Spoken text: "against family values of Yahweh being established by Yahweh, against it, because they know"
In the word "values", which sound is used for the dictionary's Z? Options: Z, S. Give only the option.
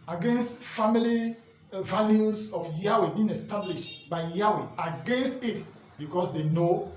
S